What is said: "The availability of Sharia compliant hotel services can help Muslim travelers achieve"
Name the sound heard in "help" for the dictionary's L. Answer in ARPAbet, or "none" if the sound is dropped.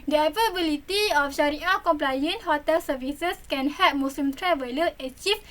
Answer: none